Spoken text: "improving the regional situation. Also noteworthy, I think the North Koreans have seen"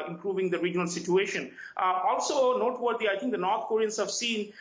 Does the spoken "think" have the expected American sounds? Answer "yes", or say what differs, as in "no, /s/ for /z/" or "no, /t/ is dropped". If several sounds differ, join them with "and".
no, /t/ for /θ/